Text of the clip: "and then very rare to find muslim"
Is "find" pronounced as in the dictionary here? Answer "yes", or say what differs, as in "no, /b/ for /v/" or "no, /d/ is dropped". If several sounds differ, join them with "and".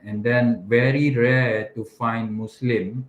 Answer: yes